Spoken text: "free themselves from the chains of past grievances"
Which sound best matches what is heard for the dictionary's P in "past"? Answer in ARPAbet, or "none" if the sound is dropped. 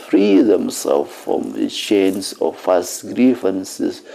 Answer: F